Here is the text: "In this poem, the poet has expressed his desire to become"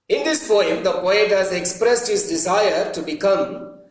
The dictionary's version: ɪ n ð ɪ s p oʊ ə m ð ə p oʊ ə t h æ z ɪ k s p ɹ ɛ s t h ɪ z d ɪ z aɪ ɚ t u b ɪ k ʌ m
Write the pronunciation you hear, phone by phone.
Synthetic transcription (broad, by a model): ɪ n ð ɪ s f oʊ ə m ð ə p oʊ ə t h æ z ɪ k s p ɹ ɛ s t h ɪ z d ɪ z aɪ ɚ t u b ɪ k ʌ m